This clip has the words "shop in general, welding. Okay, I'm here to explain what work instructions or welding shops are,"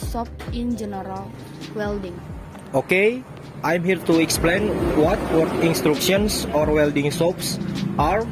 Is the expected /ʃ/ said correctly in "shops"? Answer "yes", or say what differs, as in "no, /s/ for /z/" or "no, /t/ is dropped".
no, /s/ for /ʃ/